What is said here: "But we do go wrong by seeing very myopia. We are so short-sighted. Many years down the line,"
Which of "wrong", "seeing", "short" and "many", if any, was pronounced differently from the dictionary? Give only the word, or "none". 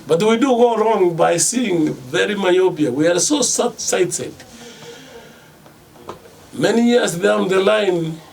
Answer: short